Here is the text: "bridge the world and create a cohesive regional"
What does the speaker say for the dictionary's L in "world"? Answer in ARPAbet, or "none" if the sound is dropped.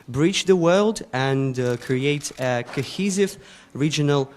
L